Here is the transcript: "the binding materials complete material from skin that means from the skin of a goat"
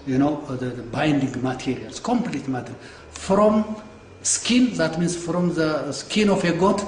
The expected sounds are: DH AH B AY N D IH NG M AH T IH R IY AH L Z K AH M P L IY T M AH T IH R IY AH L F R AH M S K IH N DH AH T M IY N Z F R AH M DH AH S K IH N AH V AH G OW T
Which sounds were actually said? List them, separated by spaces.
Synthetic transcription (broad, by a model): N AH B AY N D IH NG M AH T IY R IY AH L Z K AH M P L IY T M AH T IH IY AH N F R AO M S K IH N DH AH T M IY N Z F R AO M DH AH S K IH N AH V AH G OW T